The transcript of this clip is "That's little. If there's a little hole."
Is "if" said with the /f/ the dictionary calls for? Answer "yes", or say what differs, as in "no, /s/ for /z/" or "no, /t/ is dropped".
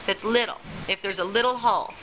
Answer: yes